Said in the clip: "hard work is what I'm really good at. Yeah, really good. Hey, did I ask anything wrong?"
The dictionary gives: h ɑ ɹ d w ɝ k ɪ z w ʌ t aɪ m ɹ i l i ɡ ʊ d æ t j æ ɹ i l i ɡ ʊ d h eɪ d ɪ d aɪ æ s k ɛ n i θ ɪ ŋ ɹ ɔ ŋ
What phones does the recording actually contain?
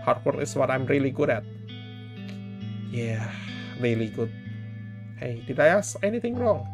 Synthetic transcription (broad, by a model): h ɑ ɹ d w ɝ ɪ s w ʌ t aɪ m ɹ i l i ɡ ʊ d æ t j æ ɹ i l i ɡ ʊ d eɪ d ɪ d aɪ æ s ɛ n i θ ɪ ŋ ɹ ɔ ŋ